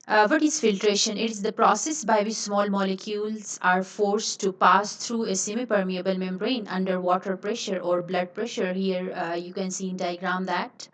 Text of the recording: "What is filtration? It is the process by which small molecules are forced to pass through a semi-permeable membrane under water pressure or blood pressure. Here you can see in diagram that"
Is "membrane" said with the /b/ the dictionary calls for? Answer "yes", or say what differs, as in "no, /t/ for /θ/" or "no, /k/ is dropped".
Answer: no, /b/ is dropped